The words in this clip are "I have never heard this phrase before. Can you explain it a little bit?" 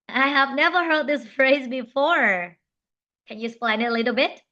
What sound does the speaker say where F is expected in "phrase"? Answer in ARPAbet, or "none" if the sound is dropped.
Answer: F